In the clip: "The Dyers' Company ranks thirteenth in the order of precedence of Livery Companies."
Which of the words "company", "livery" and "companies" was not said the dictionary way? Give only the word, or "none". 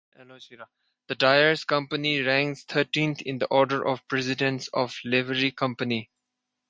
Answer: companies